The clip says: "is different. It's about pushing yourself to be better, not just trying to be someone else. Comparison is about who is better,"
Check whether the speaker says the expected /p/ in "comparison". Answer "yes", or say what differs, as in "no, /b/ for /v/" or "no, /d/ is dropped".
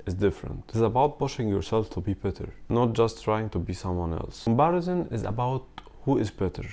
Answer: no, /b/ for /p/